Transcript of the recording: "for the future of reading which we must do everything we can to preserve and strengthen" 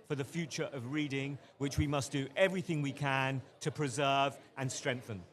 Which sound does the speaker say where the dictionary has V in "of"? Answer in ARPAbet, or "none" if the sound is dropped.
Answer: V